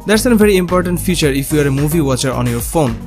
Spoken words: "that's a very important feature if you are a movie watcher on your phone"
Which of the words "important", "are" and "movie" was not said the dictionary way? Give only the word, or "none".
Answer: none